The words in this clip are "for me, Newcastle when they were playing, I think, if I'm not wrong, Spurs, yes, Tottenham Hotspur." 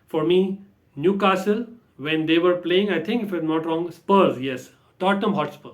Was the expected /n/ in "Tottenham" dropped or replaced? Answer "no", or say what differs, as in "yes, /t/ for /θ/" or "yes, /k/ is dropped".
yes, /n/ is dropped